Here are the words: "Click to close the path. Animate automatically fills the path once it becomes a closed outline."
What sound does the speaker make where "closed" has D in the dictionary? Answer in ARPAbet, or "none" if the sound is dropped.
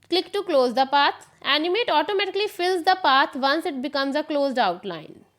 D